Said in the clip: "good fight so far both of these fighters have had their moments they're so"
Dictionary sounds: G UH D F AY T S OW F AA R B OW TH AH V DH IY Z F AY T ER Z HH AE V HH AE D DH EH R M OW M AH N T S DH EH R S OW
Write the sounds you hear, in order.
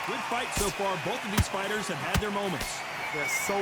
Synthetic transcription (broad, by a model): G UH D F AY T S OW F AA R B OW TH AH V DH IY Z F AY T ER Z HH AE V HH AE D DH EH R M OW M AH N T S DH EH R S OW